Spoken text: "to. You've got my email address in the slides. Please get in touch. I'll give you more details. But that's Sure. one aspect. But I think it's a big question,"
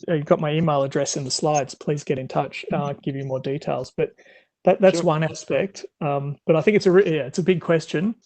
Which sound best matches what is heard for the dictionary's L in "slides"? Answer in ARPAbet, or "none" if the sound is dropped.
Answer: L